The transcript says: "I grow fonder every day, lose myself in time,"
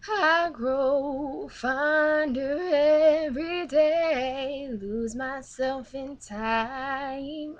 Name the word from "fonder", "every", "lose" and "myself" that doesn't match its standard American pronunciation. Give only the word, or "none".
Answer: none